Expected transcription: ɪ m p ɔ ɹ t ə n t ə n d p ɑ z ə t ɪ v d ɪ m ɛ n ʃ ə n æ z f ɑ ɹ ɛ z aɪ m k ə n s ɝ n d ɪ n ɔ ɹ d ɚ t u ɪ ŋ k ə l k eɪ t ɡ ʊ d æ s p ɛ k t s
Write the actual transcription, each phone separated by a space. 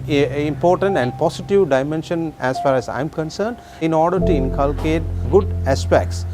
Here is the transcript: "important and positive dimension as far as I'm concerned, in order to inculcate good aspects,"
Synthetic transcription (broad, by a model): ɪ m p ɔ ɹ t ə n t ə n d p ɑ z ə t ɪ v d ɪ m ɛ n ʃ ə n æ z f ɑ ɹ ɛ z aɪ m k ə n s ɝ n d ɪ n ɔ ɹ d ɚ t u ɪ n k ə l k eɪ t ɡ ʊ d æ s p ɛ k t s